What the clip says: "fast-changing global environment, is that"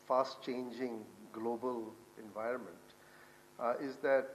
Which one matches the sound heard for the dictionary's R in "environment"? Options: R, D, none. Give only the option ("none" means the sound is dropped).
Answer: R